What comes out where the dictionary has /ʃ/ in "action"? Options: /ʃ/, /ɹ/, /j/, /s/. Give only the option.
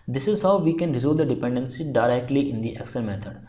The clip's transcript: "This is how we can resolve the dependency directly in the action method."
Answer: /s/